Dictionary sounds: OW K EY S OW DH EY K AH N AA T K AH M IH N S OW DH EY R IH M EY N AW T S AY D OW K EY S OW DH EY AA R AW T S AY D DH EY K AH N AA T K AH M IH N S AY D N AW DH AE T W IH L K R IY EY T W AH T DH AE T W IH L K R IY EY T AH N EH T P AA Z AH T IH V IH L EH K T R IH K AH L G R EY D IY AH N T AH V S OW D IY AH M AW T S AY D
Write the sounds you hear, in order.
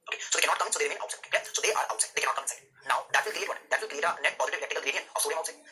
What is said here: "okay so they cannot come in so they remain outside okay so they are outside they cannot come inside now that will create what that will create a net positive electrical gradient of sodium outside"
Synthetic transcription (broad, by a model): OW K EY S OW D EY K AH N AA T K AH M IH N S OW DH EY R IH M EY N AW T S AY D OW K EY S OW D EY AA R AW T S AY D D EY K AH N AA T K AH M IH N S AY D N AW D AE T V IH L K R IY EY T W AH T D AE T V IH L K R IY EY T AH N EH T P AA Z AH T IH V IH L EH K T IH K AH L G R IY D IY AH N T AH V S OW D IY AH UH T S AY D